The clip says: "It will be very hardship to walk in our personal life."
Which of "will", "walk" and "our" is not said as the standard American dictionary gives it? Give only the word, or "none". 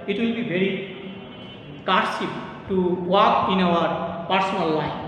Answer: none